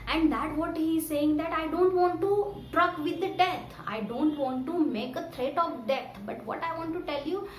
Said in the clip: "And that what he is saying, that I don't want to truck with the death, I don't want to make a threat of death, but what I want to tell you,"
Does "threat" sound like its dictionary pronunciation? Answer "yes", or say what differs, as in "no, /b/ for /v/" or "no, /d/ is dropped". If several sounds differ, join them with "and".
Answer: no, /t/ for /θ/